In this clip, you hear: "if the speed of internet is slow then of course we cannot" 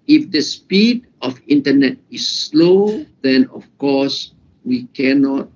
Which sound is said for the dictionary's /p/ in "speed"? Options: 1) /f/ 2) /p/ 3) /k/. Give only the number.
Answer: 2